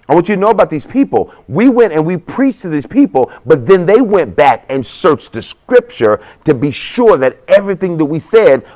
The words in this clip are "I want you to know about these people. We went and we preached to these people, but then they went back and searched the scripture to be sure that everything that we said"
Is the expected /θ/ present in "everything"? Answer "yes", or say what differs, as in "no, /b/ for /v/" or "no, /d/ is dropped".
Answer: yes